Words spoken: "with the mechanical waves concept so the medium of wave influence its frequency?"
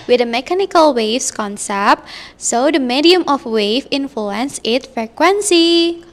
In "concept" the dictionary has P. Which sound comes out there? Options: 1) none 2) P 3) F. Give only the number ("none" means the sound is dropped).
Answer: 2